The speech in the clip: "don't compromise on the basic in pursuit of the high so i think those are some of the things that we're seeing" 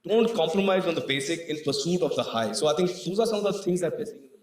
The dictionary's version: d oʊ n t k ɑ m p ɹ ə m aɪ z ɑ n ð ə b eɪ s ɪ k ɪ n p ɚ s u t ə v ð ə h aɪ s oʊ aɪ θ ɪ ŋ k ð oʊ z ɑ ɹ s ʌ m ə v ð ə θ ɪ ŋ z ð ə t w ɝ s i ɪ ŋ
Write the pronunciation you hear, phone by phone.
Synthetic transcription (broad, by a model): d oʊ n t k ɑ m p ɹ ə m aɪ z ɑ n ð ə b eɪ s ɪ k ɪ n p ɚ s u t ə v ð ə h aɪ s oʊ aɪ t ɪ ŋ k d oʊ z ɑ ɹ s ʌ m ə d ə t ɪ ŋ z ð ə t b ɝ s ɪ